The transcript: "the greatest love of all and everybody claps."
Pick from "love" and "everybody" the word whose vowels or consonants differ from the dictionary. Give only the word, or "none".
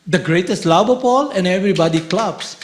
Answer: love